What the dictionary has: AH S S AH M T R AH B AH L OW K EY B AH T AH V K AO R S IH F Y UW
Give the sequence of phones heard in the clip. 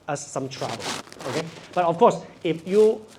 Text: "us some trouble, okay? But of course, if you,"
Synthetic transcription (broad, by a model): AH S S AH M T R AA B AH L OW K EY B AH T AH F K AO S IH F Y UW